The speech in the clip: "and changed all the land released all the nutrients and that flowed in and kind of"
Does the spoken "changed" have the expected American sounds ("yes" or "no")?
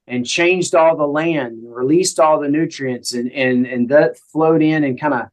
yes